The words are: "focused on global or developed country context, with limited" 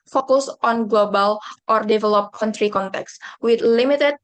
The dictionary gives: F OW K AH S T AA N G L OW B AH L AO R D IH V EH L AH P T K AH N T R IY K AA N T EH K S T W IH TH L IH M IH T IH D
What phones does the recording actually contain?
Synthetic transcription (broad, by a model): F OW K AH S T AA N G L OW B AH L AO R D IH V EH L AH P K AH N T R IY K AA N T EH K S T W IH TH L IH M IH T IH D